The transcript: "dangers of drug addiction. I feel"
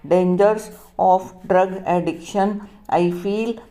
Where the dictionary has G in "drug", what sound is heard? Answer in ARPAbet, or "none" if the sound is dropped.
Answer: G